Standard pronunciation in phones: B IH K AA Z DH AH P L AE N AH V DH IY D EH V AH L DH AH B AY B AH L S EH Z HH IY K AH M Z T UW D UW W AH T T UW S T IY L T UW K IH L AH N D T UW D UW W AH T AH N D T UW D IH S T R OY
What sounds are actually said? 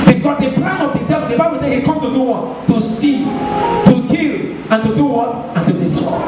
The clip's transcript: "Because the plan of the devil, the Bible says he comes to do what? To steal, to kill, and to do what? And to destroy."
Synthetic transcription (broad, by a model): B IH K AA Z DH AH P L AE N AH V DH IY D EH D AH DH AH B AY B AH L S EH HH IY K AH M T UW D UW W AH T T UW S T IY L T UW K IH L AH N T UW D UW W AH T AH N T UW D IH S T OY